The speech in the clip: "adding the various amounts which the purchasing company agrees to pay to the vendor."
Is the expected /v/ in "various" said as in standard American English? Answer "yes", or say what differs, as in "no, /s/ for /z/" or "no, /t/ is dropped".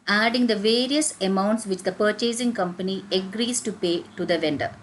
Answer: yes